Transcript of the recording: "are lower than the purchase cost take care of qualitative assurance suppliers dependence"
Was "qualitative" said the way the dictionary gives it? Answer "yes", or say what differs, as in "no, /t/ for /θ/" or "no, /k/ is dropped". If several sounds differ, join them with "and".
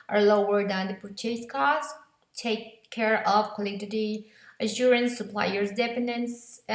no, /v/ is dropped